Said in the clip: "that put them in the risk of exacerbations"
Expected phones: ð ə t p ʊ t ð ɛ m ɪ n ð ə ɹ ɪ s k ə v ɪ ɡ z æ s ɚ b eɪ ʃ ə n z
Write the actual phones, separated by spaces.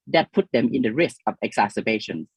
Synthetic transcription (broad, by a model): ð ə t p ʊ t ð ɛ m ɪ n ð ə ɹ ɪ s k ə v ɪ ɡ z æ s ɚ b eɪ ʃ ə n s